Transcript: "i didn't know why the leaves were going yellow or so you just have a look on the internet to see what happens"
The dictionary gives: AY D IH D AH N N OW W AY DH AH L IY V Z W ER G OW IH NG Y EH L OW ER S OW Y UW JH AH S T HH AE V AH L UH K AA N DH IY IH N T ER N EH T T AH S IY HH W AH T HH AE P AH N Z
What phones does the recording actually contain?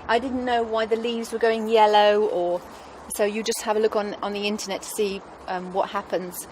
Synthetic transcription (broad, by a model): AY D IH D N N OW W AY DH AH L IY V Z W ER G OW IH NG Y EH L OW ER S OW Y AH JH AH S T HH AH V AH L UH K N N DH IY IH N T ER N EH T T AH S IY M W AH T HH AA P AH N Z